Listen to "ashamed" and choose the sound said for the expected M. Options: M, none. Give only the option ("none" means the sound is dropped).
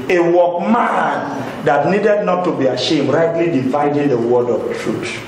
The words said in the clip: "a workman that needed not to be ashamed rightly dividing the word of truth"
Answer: M